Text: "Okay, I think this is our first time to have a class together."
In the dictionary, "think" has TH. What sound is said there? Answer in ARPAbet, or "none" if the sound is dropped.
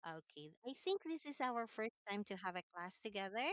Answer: TH